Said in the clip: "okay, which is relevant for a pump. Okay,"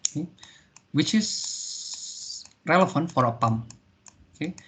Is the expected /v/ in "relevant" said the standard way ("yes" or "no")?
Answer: no